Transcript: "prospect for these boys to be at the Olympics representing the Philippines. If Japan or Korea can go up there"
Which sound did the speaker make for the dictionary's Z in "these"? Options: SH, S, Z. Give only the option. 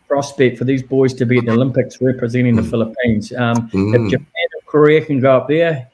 Z